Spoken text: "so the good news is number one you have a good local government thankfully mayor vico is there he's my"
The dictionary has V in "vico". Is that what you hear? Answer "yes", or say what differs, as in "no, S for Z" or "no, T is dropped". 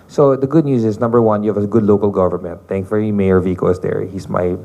yes